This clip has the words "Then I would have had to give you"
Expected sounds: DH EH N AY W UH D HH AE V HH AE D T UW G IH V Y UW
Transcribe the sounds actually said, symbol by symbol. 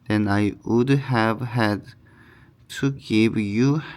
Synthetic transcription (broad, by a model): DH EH N AY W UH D HH AE V HH AE D T UW G IH V Y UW